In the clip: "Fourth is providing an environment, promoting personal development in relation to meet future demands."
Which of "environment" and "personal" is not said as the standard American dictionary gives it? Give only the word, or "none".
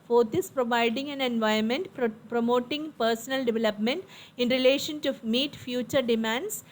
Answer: environment